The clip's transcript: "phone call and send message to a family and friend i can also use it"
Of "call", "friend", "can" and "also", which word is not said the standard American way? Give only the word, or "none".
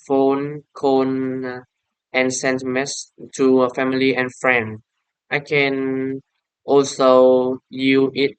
call